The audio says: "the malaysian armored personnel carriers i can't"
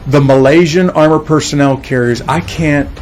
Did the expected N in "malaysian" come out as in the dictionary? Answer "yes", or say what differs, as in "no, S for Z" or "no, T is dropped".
yes